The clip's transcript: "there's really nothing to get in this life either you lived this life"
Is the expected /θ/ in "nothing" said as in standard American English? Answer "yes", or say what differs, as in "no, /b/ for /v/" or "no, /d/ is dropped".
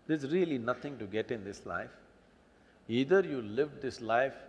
no, /t/ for /θ/